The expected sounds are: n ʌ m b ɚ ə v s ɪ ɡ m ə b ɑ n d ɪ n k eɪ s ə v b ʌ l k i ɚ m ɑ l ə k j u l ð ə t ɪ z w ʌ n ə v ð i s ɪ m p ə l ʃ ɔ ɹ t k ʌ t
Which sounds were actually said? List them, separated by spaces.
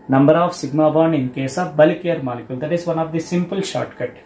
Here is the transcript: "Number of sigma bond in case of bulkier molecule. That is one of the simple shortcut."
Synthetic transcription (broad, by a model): n ʌ m b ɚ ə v s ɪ ɡ m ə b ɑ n ɪ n k eɪ s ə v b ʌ l k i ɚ m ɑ l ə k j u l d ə t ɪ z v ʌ n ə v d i s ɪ m p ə l ʃ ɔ ɹ t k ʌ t